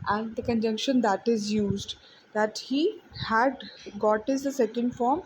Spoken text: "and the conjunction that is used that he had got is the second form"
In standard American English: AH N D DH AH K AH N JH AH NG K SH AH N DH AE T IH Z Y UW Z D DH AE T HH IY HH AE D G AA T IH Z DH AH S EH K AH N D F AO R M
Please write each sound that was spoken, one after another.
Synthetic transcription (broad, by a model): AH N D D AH K AH N JH AH NG K SH AH N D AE T IH Z Y UW Z D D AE T HH IY HH AE D G AA T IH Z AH S EH K AH N D F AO R M